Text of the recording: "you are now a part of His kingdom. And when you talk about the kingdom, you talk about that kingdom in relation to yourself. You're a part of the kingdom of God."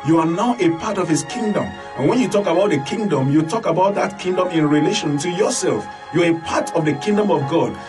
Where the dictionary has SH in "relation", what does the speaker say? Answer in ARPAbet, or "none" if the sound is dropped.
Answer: SH